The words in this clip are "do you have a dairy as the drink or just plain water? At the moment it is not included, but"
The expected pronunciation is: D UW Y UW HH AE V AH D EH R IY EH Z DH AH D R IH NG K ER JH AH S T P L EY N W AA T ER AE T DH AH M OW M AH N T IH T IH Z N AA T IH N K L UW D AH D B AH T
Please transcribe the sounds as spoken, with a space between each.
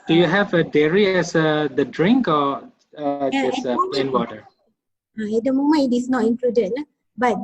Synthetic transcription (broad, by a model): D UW Y UW HH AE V AH D EH R IY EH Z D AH D R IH NG K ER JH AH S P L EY N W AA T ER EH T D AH M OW M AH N IH T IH S N AA T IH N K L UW D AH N B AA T